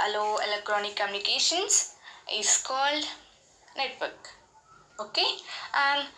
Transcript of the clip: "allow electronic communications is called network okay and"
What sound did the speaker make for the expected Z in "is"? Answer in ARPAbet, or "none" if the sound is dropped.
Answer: S